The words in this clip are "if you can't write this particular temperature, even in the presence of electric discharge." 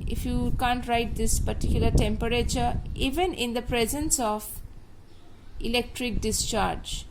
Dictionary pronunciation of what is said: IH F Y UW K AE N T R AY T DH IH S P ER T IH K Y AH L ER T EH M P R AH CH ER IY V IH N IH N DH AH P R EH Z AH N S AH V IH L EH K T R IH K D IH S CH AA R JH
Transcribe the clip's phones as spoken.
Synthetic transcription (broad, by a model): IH F Y UW K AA N T R AY T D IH S P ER T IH K Y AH L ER T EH M P R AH CH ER IY V IH N IH N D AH P R EH Z AH N S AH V IH L EH K T R IH K D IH S CH AA R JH